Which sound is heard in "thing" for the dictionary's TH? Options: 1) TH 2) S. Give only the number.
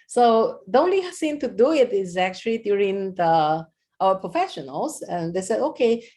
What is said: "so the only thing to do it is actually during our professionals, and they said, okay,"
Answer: 2